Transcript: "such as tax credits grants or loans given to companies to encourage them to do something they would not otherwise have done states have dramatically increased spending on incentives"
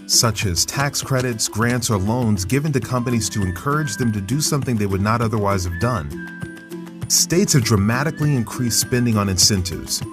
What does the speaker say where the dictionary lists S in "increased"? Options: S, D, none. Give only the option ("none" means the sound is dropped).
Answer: S